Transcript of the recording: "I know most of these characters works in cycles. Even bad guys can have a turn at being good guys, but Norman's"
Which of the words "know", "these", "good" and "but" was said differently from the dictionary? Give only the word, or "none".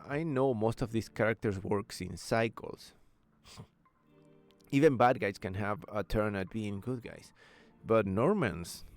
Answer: these